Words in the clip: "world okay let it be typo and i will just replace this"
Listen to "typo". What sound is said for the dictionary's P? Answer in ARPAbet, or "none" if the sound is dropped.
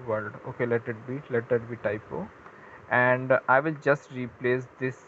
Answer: P